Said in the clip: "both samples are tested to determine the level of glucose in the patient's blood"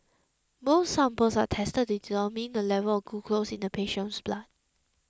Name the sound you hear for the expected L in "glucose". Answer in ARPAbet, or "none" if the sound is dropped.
none